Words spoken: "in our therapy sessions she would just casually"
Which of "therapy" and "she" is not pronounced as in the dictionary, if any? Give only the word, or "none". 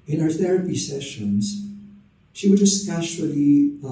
none